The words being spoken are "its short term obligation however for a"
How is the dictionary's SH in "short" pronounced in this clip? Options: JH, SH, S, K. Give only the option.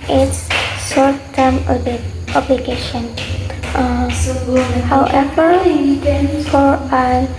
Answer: S